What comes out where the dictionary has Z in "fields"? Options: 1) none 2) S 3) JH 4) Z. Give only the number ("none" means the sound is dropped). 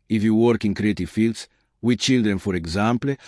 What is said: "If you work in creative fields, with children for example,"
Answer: 2